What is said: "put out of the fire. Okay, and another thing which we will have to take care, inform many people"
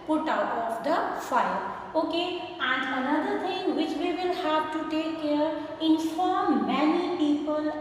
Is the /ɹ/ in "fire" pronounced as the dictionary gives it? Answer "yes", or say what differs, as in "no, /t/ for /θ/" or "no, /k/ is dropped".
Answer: no, /l/ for /ɹ/